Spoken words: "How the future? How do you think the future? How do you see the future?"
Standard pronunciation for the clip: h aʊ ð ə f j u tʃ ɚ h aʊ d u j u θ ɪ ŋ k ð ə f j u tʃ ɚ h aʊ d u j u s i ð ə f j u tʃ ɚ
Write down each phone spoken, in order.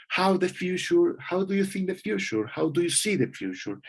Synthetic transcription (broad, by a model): h aʊ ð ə f j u tʃ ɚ h aʊ d u j u θ ɪ ŋ k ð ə f j u tʃ ɚ h aʊ d u j u s i ð ə f j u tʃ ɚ